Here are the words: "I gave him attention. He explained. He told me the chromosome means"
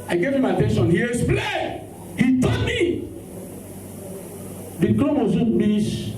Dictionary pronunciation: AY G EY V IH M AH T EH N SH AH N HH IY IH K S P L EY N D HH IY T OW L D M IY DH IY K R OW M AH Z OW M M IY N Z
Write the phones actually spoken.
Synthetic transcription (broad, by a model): AY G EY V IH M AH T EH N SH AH N HH IY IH S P L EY HH IY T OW D M IY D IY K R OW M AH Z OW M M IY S